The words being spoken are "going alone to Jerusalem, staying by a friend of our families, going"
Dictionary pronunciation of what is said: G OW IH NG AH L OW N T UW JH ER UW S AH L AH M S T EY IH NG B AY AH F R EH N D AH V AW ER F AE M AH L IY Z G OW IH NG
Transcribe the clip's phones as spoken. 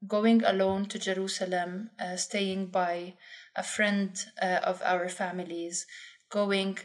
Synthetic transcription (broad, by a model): G OW IH NG AH L OW N T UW JH ER UW S AH L AH M S T EY IH NG B AY AH F R EH N D AH V AW ER F AE M AH L IY Z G OW IH NG